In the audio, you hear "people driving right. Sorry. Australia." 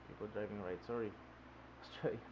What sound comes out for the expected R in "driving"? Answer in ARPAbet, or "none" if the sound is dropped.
R